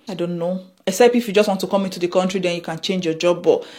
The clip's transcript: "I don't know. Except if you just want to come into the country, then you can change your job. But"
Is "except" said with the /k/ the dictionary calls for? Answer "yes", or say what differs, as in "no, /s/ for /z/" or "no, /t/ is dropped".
no, /k/ is dropped